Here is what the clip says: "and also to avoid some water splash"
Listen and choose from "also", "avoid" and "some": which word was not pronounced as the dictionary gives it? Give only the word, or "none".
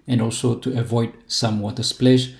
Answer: none